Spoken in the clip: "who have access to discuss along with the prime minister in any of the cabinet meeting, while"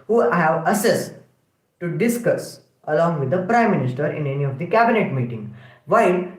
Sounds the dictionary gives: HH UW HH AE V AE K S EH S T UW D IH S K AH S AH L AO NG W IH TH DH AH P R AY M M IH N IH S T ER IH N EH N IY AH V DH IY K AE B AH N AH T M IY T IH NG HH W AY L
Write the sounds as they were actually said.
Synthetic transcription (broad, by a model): HH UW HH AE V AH S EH S T UW D IH S K AH S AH L AO NG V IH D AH P R AY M M IH N IH S T ER IH N EH N IY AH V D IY K AE B AH N AH T M IY T IH NG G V AY L